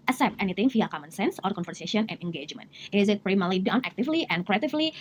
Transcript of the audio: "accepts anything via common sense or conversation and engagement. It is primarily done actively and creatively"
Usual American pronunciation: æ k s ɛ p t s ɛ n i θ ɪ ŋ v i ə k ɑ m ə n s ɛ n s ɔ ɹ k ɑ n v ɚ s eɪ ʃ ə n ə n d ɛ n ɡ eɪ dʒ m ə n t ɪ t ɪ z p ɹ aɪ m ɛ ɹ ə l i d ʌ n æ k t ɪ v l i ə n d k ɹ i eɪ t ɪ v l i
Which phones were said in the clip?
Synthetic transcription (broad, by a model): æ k s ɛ p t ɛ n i t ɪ ŋ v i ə k ɑ m ə n s ɛ n s ɔ ɹ k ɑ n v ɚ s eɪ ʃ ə n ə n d ɛ n ɡ eɪ dʒ m ə n t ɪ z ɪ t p ɹ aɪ m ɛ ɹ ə l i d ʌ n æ k t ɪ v l i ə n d k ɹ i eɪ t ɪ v l i